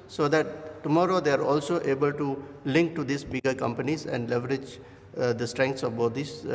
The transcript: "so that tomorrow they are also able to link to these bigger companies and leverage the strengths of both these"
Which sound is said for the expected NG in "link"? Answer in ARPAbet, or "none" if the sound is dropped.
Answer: NG